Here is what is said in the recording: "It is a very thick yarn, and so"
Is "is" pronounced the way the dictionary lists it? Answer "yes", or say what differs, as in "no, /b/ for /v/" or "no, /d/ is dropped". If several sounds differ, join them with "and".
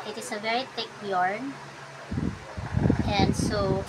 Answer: no, /s/ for /z/